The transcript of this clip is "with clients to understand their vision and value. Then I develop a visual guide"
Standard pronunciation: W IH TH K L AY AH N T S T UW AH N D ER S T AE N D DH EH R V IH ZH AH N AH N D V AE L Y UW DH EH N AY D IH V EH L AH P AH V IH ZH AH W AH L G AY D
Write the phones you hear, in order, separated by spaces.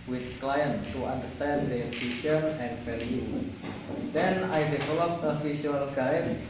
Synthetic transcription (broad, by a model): W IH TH K L AY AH N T T UW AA N D ER S T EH N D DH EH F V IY S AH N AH N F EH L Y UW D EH N AY D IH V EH L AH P AH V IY S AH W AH L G AY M